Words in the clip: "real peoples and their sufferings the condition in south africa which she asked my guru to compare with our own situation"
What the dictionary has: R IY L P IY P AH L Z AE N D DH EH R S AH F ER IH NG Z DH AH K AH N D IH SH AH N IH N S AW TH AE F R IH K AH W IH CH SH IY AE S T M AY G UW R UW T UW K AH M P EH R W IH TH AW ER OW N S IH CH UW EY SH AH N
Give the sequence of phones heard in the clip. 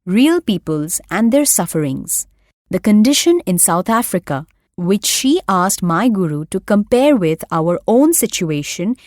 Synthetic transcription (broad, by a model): R IY L P IY P AH L Z AE N D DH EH R S AH F ER IH NG Z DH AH K AH N D IH SH AH N IH N S AW T AE F R IH K AH W IH CH SH IY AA S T M AY G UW R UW T UW K AH M P EH R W IH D AW ER OW N S IH CH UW EY SH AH N